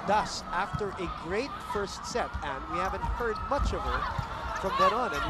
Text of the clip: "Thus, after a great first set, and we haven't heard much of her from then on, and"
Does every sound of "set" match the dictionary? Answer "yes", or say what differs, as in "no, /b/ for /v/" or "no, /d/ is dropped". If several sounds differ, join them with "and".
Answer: yes